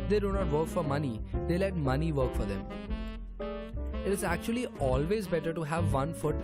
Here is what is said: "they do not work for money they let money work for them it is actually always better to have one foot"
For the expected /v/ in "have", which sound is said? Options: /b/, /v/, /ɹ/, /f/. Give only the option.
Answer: /v/